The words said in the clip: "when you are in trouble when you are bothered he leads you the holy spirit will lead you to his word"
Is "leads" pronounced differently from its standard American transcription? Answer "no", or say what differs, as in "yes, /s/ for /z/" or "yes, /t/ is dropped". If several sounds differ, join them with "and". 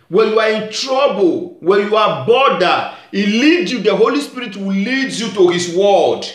yes, /z/ is dropped